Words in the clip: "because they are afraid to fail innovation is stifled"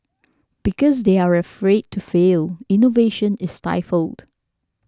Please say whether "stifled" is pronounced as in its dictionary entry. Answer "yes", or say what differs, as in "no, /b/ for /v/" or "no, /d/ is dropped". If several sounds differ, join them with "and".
yes